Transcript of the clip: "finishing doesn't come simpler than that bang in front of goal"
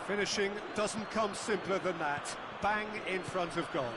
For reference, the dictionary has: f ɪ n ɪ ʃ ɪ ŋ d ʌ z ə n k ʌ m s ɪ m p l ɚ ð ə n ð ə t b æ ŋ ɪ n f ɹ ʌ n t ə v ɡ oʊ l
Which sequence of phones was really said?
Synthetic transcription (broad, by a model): f ɪ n ɪ ʃ ɪ ŋ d ʌ z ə n k ʌ m s ɪ m p l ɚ ð ə n ð ə t b æ ŋ ɪ n f ɹ ʌ n t ə v ɡ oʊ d